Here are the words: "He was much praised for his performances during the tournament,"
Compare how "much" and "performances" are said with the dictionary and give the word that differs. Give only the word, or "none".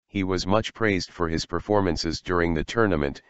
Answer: none